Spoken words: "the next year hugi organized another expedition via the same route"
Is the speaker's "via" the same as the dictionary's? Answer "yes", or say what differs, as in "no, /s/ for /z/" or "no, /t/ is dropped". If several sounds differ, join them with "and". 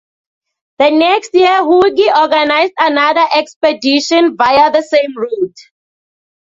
yes